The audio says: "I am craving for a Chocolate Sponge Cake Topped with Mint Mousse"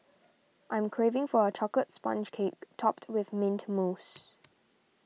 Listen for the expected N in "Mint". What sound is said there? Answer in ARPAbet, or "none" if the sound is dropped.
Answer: N